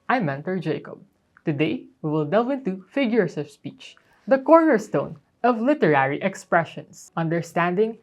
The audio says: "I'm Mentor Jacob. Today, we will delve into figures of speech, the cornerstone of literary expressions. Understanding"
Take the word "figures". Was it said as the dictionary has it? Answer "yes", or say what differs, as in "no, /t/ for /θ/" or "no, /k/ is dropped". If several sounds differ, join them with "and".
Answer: no, /s/ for /z/